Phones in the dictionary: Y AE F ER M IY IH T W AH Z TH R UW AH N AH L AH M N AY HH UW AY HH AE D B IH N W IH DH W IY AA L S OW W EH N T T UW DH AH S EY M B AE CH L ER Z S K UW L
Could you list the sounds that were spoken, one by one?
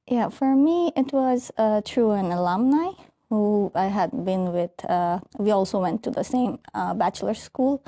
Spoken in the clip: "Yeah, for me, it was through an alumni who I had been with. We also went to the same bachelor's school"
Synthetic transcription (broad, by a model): Y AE F ER M IY IH T W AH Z T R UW AH N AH L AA M N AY HH UW AY HH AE D B IH N W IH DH W IY AA L S OW W EH N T T UW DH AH S EY M B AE CH L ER S K UW L